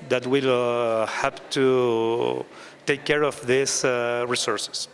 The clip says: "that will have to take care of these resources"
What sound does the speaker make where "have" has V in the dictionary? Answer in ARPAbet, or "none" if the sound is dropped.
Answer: P